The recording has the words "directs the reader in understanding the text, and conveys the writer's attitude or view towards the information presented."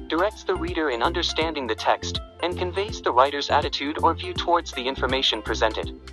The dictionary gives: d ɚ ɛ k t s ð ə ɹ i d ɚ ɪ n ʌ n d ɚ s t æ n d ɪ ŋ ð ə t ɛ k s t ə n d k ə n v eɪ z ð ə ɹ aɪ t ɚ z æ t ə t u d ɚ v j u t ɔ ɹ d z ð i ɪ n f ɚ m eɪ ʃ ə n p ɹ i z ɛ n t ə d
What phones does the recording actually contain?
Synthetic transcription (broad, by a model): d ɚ ɛ k t s ð ə ɹ i d ɚ ɪ n ʌ n d ɚ s t æ n d ɪ ŋ ð ə t ɛ k s t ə n k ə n v eɪ z ð ə ɹ aɪ t ɚ z æ t ə t u d ɚ v j u t ɔ ɹ d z ð i ɪ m f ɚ m eɪ ʃ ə n p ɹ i z ɛ n t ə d